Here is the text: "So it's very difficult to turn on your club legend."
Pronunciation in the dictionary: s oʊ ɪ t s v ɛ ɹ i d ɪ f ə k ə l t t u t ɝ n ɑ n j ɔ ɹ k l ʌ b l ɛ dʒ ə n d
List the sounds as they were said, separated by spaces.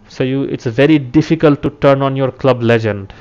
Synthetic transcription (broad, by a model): s oʊ ɪ t s v ɛ ɹ i d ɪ f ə k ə l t t u t ɝ n ɑ n j ɔ ɹ k l ʌ b l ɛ dʒ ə n d